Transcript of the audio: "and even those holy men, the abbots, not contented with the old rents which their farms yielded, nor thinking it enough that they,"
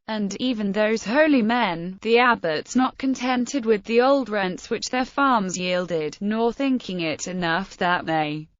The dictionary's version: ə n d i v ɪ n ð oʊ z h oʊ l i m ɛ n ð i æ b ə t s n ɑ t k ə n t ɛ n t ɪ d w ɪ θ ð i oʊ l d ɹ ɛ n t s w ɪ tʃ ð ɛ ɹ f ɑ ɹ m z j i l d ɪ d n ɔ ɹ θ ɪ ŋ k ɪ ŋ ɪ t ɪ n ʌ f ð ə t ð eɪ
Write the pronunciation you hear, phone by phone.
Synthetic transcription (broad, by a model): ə n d i v ɪ n ð oʊ z h oʊ l i m ɛ n ð i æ b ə t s n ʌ t k ə n t ɛ n t ɪ d w ɪ ð i oʊ l d ɹ ɛ n t s w ɪ tʃ ð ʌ ɹ f ɑ ɹ m z j i l d ɪ d n ɔ ɹ θ ɪ ŋ k ɪ ŋ ɪ t ɪ n ʌ f ð ə t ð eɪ